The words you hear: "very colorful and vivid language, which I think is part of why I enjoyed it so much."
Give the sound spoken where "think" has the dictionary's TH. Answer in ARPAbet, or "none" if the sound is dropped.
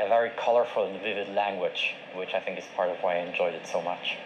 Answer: TH